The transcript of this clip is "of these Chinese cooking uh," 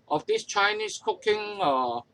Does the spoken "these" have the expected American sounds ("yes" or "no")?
no